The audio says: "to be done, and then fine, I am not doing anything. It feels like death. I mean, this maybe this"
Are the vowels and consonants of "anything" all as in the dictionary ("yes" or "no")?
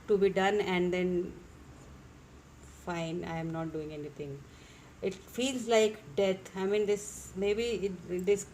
no